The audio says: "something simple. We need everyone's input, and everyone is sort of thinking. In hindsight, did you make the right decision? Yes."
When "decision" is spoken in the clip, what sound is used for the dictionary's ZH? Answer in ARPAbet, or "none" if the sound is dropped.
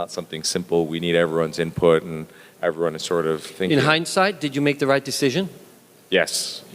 ZH